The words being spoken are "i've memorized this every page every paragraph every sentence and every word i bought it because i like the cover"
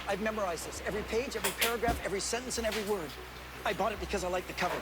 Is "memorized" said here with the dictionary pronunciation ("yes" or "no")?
yes